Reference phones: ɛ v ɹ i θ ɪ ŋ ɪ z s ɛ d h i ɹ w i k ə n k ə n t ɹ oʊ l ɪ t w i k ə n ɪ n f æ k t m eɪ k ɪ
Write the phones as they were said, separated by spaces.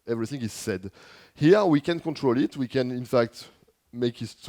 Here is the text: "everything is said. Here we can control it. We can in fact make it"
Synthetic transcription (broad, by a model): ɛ v ɹ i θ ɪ ŋ ɪ z s ɛ d h i ɹ w i k ə n k ə n t ɹ oʊ l ɪ t w i k ə n ɪ n f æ k t m eɪ k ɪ